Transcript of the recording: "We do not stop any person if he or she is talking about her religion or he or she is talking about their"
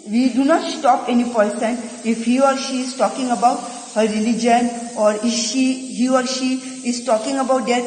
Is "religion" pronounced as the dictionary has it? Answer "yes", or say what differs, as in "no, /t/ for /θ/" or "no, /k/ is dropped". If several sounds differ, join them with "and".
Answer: yes